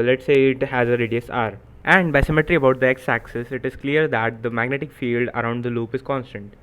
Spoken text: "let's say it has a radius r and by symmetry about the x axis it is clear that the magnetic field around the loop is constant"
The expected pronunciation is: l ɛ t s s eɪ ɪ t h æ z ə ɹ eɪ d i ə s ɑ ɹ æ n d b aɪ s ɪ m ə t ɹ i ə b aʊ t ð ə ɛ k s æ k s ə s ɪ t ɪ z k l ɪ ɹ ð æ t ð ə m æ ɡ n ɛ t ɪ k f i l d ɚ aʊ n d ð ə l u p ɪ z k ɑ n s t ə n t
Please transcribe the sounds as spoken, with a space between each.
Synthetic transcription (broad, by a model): l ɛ t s s eɪ ɪ t h æ z ə ɹ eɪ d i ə s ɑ ɹ æ n d b aɪ s ɪ m ə t ɹ i ə b aʊ t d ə ɛ k s æ k s ə s ɪ t ɪ z k l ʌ ɹ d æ t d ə m æ ɡ n ɛ t ɪ k f i l d ɚ aʊ n d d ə l u p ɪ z k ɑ n s t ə n t